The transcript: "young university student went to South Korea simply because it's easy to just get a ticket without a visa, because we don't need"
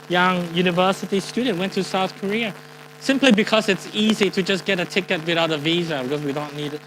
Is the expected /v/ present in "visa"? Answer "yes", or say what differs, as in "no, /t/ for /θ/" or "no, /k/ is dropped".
yes